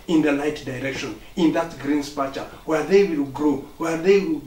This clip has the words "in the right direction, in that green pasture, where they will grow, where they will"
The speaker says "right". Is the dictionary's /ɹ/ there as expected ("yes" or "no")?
no